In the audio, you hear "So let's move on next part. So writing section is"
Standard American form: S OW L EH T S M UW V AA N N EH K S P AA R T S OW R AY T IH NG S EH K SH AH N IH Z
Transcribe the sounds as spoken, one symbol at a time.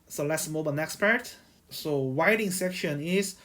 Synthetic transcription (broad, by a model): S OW L EH T S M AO B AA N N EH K S P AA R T S OW W AY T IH NG S EH K SH AH N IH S